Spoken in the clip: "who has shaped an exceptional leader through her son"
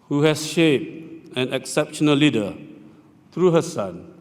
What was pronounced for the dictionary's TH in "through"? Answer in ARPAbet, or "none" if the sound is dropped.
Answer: T